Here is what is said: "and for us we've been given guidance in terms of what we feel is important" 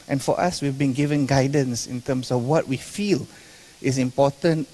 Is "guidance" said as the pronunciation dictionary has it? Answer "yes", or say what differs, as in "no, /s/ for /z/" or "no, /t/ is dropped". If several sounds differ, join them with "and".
yes